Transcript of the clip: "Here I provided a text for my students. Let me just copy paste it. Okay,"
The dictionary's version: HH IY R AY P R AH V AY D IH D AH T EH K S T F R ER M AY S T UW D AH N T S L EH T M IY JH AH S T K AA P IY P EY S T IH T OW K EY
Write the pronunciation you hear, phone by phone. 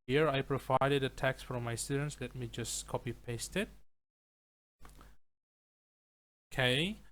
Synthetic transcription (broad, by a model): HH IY R AY P R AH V AY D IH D AH T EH K S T F R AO M AY S T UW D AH N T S L EH T M IY JH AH S K AA P IY P EY S T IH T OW K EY